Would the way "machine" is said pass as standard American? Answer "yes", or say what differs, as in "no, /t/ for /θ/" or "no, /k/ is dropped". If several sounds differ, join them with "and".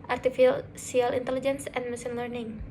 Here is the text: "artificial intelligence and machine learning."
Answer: no, /s/ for /ʃ/